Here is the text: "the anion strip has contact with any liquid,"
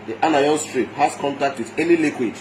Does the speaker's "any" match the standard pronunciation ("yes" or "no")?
no